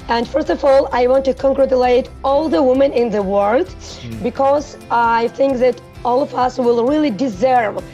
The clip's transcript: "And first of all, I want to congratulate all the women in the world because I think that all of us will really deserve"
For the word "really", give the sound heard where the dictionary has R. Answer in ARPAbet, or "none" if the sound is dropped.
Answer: R